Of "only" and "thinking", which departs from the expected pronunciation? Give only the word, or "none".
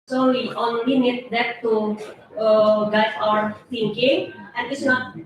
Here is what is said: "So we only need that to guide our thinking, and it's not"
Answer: thinking